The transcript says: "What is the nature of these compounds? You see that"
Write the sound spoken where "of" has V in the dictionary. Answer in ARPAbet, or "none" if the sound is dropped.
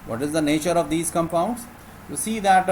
V